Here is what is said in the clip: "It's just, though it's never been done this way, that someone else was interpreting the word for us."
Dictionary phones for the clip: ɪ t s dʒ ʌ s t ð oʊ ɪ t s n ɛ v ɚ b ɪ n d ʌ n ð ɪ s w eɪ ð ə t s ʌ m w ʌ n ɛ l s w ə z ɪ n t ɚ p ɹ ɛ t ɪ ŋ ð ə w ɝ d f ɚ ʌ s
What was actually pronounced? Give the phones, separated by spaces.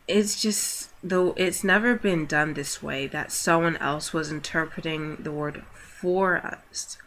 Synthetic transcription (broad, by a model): ɪ t s dʒ ʌ s t ð oʊ ɪ t s n ɛ v ɚ b ɪ n d ʌ n ð ɪ s w eɪ ð ə t s ʌ m w ʌ n ɛ l s w ə z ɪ n t ɚ p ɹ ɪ t ɪ ŋ ð ə w ɝ d f ɚ ʌ s